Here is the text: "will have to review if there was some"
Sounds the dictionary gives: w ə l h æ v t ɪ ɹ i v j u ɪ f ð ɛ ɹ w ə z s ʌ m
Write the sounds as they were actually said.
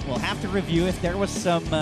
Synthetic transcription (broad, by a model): w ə l h æ f t ɪ ɹ i v j u ɪ f ð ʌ ɹ w ə z s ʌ m